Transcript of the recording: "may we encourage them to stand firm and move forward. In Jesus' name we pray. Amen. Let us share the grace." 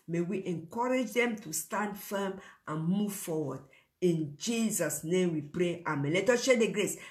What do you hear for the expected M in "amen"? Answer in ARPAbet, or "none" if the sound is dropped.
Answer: M